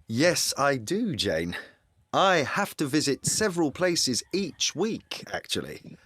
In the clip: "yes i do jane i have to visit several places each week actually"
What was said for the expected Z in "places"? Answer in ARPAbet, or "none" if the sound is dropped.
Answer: Z